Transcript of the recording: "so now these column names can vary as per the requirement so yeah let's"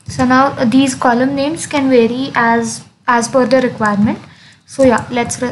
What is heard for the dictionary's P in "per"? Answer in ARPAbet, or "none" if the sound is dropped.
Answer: F